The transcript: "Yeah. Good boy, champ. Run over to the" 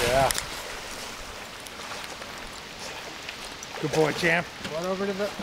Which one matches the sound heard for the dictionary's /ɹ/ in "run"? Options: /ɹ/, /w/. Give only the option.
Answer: /w/